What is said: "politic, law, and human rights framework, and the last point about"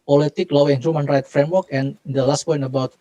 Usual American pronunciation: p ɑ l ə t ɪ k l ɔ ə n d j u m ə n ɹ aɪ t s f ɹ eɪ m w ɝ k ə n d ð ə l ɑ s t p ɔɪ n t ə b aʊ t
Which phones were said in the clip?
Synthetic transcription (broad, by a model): p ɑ l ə t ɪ k l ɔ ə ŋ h j u m ə n ɹ aɪ t f ɹ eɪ m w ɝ k ə n d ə l ɑ s t p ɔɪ n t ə b aʊ t